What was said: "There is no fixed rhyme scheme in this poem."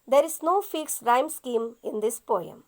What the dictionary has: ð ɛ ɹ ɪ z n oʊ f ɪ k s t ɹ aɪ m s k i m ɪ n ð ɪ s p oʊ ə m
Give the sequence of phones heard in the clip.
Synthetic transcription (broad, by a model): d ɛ ɹ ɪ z n oʊ f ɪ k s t ɹ aɪ m s k i m ɪ n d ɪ s p oʊ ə m